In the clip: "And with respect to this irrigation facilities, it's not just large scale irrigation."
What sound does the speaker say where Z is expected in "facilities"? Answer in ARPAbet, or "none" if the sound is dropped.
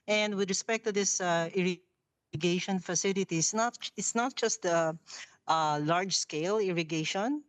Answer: S